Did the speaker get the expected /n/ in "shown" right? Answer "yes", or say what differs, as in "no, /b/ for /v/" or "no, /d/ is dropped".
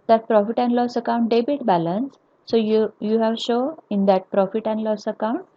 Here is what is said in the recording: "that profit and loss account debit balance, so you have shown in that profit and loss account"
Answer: no, /n/ is dropped